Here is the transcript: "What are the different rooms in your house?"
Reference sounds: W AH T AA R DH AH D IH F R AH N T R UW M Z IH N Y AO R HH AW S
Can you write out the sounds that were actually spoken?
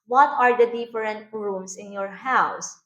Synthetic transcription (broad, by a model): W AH T AA R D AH D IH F R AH N T R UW M S IH N Y AO R HH AW S